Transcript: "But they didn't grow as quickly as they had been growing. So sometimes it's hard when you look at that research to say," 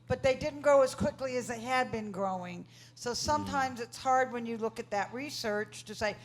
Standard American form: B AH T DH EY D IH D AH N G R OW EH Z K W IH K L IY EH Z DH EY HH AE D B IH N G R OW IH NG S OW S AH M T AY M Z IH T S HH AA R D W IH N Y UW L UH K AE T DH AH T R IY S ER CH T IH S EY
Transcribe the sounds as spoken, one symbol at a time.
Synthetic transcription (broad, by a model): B AH T DH EY D IH D N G OW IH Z K W IH K L IY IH Z DH EY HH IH D B IH N G R OW IH NG S OW S AH M T AY M Z IH T S HH AA R D W IH N Y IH L UH K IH T DH AH T R IY S ER CH T IH S EY